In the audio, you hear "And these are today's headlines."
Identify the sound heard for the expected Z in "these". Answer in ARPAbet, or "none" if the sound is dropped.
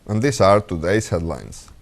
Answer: S